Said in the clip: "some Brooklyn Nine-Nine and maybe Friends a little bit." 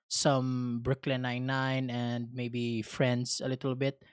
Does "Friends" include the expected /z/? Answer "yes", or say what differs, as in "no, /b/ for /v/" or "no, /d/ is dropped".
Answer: no, /s/ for /z/